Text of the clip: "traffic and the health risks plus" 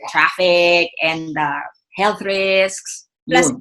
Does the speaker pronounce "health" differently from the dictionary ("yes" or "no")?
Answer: no